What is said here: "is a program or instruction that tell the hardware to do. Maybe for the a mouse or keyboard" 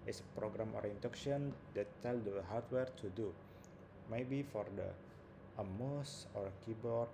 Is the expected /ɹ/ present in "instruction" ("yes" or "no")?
no